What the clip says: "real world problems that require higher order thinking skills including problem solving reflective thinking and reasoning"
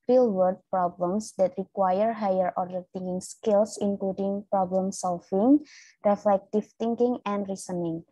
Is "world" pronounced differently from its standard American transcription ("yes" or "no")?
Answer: yes